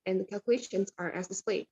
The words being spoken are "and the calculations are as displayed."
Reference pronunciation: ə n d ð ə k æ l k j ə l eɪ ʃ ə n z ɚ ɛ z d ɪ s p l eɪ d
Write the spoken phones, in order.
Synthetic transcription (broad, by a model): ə n ð ə k æ l k j ə l eɪ ʃ ə n z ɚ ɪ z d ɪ s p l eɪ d